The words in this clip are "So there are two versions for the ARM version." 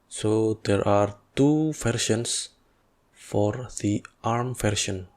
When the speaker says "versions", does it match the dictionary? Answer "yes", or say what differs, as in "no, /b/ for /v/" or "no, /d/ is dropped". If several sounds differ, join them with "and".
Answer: no, /ʃ/ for /ʒ/ and /s/ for /z/